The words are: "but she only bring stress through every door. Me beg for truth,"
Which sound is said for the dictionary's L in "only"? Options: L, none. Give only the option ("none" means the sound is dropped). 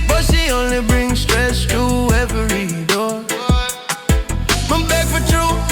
L